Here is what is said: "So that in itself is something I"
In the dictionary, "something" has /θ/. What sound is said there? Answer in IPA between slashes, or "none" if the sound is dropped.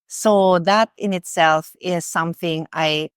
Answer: /θ/